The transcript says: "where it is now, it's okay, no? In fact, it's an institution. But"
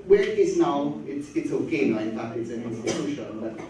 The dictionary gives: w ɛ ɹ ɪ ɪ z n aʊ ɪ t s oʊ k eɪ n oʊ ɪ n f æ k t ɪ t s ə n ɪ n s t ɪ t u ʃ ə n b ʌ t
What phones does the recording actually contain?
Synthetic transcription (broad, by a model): w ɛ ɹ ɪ ɪ z n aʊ ɪ t s oʊ k eɪ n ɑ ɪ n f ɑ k ɪ t s ə n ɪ n s t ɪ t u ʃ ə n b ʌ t